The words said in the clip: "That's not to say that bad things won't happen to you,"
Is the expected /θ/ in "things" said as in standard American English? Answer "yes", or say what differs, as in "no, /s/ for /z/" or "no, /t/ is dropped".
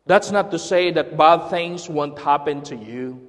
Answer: yes